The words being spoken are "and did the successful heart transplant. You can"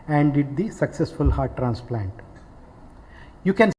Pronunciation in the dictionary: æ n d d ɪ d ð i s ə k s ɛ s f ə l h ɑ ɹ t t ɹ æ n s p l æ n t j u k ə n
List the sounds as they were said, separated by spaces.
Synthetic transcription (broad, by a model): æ n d d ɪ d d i s ə k s ɛ s f ə l h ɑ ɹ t t ɹ æ n s p l æ n t j u k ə n